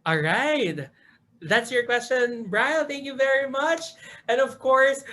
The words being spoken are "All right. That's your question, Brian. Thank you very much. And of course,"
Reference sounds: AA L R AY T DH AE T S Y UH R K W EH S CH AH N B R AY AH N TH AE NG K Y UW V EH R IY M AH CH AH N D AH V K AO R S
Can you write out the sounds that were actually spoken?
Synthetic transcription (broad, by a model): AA L R AY T DH AE T S Y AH R K W EH S CH AH N B R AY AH L TH AE NG K Y UW V EH R IY M AH CH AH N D AH V K AO R S